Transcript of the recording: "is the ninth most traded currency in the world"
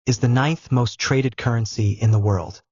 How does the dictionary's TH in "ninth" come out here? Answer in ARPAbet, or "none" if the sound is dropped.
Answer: TH